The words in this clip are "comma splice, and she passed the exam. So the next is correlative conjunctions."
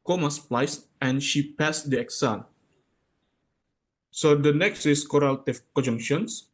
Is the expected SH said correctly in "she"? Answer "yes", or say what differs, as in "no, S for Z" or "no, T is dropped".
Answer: yes